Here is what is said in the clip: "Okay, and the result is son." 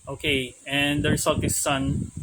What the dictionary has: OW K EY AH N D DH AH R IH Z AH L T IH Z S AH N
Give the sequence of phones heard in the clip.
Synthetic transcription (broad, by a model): OW K EY AH N D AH R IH S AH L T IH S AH N